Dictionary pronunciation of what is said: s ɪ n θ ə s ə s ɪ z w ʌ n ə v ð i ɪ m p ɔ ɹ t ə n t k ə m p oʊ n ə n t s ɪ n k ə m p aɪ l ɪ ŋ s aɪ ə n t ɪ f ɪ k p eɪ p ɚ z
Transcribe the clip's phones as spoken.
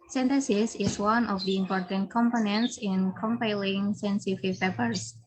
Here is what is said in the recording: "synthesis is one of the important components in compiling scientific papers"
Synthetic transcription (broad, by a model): s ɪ n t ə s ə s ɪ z w ʌ n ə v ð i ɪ m p ɔ ɹ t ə n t k ə m p oʊ n ə n t s ɪ n k ə m p aɪ l ɪ ŋ s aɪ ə n s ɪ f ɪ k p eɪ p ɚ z